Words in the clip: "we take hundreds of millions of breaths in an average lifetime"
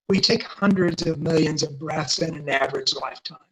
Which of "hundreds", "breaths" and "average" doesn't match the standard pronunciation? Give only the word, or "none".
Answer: none